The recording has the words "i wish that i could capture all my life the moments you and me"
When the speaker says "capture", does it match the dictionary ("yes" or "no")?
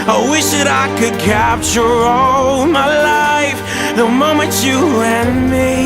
yes